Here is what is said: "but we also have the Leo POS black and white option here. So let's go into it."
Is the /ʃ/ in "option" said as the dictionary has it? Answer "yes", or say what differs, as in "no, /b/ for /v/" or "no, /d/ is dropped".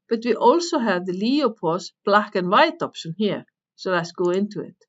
no, /s/ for /ʃ/